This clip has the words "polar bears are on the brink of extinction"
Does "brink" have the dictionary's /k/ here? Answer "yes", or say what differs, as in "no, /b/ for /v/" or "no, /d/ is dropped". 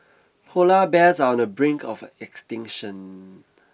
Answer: yes